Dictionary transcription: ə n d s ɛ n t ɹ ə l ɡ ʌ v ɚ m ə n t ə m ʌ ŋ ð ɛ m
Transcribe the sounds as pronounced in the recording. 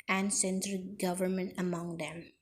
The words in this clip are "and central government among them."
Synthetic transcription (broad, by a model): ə n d s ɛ n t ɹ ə ɡ ʌ v ɚ m ə n t ə m ʌ ŋ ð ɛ m